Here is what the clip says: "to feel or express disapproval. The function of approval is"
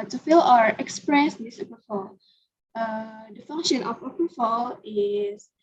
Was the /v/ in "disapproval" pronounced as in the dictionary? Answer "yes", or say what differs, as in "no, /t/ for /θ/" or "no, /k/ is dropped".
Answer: no, /f/ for /v/